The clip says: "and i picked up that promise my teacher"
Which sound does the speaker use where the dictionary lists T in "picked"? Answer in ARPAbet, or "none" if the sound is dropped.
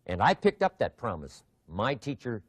T